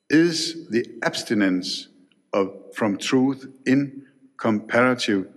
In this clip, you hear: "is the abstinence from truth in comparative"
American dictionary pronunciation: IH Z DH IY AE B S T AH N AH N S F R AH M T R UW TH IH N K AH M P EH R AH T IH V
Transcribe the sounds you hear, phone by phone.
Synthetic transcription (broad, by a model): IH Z DH IY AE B S T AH N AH N S F R AH M T R UW TH IH N K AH M P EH R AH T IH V